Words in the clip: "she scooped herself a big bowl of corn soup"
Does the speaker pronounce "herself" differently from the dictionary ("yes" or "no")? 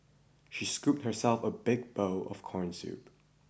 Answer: no